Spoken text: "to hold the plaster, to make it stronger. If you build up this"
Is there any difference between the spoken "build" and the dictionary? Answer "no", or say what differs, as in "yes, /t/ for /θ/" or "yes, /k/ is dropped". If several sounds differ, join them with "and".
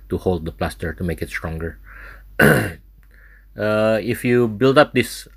no